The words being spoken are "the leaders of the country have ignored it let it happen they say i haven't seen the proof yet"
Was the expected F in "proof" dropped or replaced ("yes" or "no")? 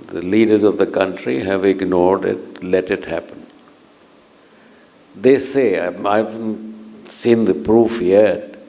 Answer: no